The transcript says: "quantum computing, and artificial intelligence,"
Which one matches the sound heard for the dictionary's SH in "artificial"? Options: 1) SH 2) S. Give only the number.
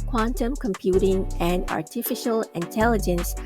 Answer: 1